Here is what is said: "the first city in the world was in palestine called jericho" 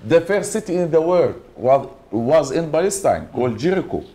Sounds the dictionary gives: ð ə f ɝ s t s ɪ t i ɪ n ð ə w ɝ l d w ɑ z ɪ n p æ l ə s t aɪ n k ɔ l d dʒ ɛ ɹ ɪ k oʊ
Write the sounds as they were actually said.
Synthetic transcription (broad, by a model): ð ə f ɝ t s ɪ t i ɪ n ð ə w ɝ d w w ɑ z ɪ n b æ l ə s t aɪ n k ɔ l d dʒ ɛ ɹ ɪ k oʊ